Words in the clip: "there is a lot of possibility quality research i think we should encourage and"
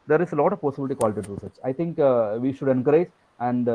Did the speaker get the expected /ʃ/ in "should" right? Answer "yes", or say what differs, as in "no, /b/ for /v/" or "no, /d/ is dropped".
yes